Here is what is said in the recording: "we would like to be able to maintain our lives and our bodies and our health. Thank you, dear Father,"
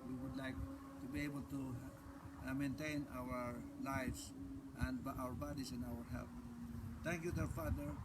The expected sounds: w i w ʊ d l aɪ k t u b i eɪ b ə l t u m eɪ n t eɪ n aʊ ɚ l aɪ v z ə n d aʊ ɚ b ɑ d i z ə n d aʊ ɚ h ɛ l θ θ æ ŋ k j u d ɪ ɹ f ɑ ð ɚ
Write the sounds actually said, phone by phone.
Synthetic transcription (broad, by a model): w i w ʊ d l aɪ k t u b i eɪ b ə l t u m eɪ n t eɪ n aʊ ɚ l aɪ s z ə n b aʊ ɚ b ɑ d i s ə n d aʊ ɚ h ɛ l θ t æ ŋ k j u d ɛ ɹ f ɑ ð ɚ